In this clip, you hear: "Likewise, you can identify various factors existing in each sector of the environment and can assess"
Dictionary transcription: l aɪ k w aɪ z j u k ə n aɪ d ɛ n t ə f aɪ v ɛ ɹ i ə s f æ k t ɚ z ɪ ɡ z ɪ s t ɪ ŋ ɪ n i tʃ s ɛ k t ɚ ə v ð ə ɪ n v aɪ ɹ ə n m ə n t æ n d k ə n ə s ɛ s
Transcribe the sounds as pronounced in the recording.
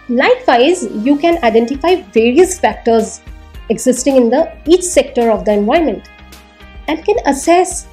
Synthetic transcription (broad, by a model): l aɪ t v aɪ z j u k ə n aɪ d ɛ n t ə f aɪ v ɛ ɹ i ə s f æ k t ɚ z ɪ ɡ z ɪ s t ɪ ŋ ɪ n i tʃ s ɛ k t ɚ ə v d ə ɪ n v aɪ ə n m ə n t æ n d k ə n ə s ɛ s